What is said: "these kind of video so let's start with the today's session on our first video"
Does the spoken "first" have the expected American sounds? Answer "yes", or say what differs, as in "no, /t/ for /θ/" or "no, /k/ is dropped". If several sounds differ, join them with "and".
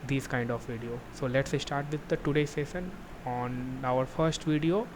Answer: yes